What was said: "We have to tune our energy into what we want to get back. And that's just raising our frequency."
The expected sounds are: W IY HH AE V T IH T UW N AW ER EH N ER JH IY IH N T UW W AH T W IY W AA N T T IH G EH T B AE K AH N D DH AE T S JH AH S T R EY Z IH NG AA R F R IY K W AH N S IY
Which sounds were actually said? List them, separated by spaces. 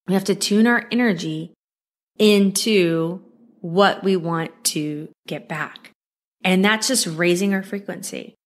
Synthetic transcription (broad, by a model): W IY HH AE F T IH T UW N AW ER EH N ER JH IY IH N T UW W AH T W IY W AA N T T IH G EH T B AE K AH N DH AE T S JH AH S T R EY Z IH NG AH R F R IY K W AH N S IY